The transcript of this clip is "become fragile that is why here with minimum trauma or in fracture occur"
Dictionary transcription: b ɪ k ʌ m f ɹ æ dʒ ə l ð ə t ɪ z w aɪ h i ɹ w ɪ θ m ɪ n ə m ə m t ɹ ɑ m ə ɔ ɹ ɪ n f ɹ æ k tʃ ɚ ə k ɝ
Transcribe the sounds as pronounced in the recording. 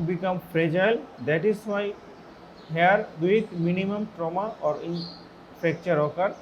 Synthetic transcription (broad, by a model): b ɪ k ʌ m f ɹ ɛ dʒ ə l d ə t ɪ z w aɪ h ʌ ɹ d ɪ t m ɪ n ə m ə m t ɹ ɑ m ə ɔ ɹ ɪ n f ɛ k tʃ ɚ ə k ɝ